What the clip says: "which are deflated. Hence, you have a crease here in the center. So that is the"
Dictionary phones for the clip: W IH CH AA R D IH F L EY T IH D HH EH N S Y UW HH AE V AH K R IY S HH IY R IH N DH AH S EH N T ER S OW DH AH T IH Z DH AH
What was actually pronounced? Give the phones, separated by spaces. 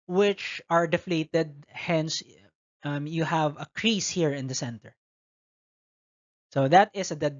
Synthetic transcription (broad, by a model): W IH CH AA R D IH F L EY T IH D HH EH N S Y UW HH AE V AH K R IY S HH IY R IH N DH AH S EH N T ER S OW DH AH T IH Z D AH